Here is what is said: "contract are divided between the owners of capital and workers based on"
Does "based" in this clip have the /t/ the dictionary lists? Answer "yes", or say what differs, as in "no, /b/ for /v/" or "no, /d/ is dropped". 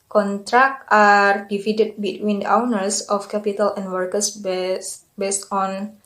yes